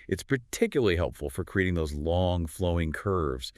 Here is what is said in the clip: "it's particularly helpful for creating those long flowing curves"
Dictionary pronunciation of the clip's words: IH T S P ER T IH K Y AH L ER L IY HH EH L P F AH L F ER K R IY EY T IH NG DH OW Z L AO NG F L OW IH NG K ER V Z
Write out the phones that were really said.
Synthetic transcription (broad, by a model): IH T S P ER T IH K Y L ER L IY HH EH L P F L F ER K R IY EY T IH NG DH OW Z L AO NG F L OW IH NG K ER V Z